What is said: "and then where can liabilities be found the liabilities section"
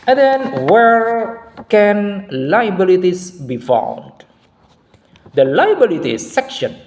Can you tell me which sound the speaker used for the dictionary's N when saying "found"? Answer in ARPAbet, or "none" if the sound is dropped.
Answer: L